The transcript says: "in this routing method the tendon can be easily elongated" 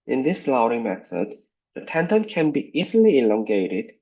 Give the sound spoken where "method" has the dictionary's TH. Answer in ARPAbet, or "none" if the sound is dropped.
TH